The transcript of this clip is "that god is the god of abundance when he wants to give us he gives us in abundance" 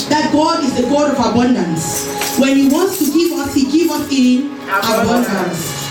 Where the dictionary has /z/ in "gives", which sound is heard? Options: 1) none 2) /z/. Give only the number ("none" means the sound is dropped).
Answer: 1